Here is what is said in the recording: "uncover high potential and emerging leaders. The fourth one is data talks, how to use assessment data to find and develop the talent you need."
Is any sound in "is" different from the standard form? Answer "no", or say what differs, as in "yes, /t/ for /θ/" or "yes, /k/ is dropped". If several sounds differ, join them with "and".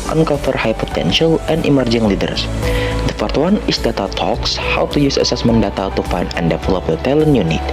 yes, /s/ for /z/